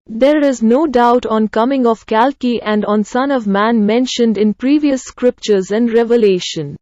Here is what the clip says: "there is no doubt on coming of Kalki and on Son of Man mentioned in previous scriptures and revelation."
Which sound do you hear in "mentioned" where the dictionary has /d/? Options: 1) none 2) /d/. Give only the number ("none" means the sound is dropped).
2